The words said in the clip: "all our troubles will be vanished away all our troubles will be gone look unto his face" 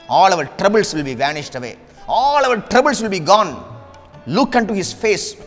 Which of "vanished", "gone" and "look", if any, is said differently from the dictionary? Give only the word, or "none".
none